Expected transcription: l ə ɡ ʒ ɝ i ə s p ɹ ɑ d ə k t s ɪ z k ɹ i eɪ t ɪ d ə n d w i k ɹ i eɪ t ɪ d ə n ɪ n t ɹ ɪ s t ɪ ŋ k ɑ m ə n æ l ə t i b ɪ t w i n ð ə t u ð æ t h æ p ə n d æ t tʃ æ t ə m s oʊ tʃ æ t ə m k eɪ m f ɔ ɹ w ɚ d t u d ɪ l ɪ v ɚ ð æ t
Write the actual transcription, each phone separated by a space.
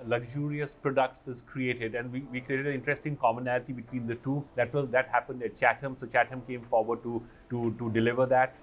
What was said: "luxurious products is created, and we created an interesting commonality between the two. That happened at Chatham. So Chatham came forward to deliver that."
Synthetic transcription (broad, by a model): l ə ɡ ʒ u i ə s p ɹ ɑ d ə k t s ɪ z k ɹ i eɪ t ɪ d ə n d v i k ɹ i eɪ t ɪ d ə ɪ n t ɹ ɪ s t ɪ ŋ k ɑ m ə n æ l ə t i b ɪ t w i n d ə t u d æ t h æ p ə n d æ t tʃ æ t ə m s oʊ tʃ æ t ə m k eɪ m f ɔ ɹ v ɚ d t u d ɪ l ɪ v ɚ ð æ t